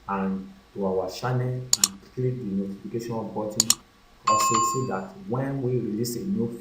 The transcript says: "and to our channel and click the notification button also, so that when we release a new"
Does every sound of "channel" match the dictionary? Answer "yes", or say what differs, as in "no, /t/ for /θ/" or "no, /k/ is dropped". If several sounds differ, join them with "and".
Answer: no, /ʃ/ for /tʃ/